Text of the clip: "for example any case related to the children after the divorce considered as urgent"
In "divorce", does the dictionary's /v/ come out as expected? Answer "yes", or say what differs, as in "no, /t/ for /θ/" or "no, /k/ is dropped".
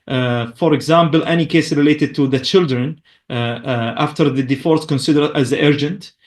no, /f/ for /v/